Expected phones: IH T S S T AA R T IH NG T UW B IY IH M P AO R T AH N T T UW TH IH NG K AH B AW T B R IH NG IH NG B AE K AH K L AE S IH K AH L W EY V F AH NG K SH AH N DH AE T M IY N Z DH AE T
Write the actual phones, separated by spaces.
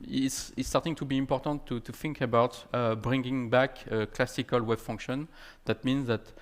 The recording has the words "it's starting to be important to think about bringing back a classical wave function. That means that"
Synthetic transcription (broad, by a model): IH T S S T AA R T IH NG T UW B IY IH M P AO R T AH N T T UW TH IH NG K AH B AW T B R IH NG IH NG B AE K AH K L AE S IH K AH L W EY B F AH NG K SH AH N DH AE T M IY N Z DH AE T